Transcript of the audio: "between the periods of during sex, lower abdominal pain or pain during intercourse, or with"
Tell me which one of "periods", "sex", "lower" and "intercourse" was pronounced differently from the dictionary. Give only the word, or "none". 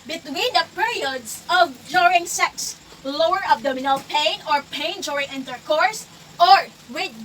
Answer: periods